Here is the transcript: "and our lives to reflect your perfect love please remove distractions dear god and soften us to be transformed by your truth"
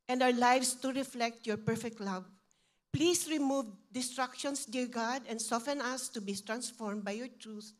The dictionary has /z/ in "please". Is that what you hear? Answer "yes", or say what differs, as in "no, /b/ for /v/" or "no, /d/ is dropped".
no, /s/ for /z/